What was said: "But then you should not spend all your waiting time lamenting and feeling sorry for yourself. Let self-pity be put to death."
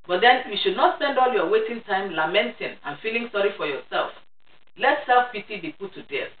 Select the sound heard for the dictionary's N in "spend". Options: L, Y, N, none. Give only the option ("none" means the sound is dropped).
N